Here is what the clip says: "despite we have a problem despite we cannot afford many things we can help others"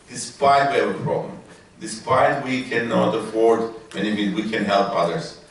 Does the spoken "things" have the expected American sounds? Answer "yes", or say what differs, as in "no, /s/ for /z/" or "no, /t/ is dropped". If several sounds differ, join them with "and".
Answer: no, /f/ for /θ/